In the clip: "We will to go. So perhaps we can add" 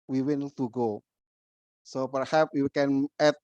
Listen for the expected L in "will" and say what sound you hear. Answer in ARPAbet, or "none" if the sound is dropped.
N